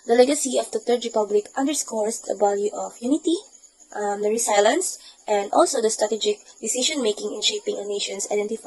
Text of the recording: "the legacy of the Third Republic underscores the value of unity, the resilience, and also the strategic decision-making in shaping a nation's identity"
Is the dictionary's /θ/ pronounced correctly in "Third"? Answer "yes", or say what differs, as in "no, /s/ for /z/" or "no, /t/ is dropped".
no, /t/ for /θ/